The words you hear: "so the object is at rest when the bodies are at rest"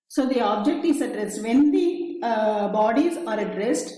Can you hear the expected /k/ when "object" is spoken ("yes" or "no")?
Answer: yes